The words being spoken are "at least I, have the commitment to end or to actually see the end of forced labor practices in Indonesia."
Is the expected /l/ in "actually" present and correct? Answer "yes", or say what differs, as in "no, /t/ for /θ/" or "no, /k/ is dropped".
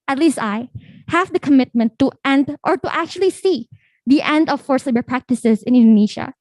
yes